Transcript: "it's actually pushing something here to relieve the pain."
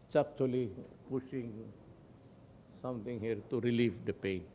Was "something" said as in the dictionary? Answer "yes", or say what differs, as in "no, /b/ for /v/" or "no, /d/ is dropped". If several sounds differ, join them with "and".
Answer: no, /t/ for /θ/